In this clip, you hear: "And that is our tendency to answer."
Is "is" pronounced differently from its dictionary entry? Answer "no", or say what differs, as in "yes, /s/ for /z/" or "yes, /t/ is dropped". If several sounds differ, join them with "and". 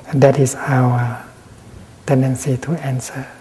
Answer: yes, /s/ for /z/